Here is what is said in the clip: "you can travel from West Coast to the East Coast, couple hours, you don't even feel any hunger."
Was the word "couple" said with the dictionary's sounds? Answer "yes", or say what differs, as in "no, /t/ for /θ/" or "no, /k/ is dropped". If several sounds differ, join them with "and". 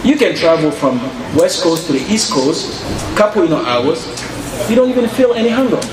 no, /n/ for /l/